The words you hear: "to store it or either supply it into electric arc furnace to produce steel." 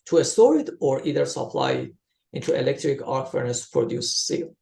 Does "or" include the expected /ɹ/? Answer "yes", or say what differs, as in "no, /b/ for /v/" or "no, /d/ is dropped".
yes